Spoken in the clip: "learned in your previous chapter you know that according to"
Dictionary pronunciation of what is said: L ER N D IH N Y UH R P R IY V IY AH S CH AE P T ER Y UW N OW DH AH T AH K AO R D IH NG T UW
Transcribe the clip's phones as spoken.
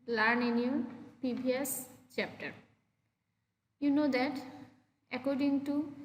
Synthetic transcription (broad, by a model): L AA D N IH N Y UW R P IY B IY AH S CH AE P T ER Y UW N OW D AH T AH K AO R D IH NG T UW